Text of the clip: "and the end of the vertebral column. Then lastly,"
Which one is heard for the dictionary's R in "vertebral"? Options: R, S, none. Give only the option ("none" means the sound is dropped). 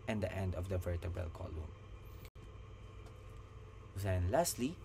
none